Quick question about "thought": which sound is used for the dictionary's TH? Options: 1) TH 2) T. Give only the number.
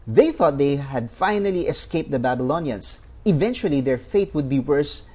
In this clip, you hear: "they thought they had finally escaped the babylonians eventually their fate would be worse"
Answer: 1